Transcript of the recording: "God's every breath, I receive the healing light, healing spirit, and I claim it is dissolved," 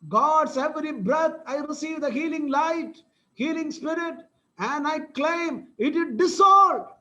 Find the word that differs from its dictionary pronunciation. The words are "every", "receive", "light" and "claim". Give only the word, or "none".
none